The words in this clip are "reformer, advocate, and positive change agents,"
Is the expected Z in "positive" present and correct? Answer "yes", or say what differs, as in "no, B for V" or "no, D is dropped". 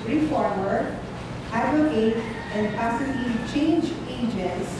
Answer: no, S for Z